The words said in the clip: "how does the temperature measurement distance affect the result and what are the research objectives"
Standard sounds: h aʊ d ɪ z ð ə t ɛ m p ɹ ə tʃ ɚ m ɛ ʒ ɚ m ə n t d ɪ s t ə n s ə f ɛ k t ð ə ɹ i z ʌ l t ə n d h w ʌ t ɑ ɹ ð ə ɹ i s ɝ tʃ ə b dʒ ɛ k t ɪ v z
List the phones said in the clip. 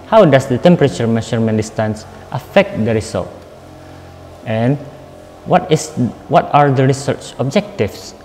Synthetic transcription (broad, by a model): h aʊ d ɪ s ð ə t ɛ m p ɹ ə tʃ ɚ m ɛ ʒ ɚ m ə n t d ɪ s t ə n s ə f ɛ k t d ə ɹ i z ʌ l t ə n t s w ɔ t ɑ ɹ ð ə ɹ i s ɝ tʃ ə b dʒ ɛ k t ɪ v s